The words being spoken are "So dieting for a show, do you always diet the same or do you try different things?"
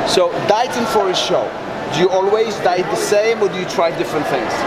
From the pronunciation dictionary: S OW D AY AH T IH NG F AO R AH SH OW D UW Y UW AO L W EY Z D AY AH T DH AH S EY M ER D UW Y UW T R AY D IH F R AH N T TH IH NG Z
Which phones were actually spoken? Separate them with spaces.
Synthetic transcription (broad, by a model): S OW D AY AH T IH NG F AO R AH SH OW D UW Y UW AO L W EY Z D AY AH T DH AH S EY M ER D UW Y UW T R AY D IH F R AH N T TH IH NG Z